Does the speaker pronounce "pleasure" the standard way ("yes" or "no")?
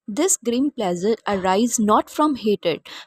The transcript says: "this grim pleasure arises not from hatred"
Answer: no